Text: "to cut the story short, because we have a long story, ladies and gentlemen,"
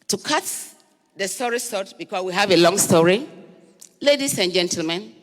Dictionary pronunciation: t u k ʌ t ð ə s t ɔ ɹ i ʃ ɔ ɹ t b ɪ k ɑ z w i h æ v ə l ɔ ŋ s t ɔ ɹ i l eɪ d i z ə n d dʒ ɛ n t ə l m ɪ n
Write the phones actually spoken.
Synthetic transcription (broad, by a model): t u k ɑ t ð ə s t ɔ ɹ i s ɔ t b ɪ k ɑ s w i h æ v ə l ɔ ŋ s t ɔ ɹ i l eɪ d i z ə n dʒ ɛ n t l m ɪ n